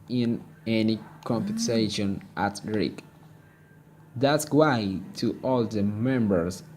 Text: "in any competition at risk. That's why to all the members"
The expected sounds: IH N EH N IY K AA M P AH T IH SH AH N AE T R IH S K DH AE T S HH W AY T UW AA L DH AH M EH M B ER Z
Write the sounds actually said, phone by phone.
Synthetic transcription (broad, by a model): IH N EH N IY K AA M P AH S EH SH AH N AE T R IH K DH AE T S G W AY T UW AA L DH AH M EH M B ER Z